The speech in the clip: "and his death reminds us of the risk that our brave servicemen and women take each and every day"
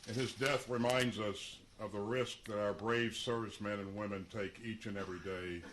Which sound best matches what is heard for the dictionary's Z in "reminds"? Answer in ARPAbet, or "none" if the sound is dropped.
Z